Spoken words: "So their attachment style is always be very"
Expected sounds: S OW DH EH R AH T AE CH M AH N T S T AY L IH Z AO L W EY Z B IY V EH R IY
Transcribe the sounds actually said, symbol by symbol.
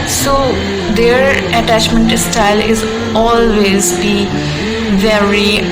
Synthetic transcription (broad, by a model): S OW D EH R AH T AE CH M AH N T S T AY L IH Z AO L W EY Z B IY V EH R IY